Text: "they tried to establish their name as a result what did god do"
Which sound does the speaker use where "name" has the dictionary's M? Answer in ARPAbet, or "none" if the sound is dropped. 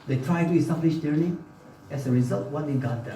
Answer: none